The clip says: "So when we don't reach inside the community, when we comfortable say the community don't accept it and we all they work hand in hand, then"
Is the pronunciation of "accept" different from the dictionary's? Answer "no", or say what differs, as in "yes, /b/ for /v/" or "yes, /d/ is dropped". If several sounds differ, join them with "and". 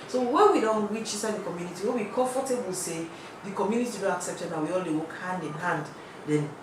no